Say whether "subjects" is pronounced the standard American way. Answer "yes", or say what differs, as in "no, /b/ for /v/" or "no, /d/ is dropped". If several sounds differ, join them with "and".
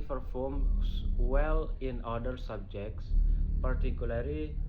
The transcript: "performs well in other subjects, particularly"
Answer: yes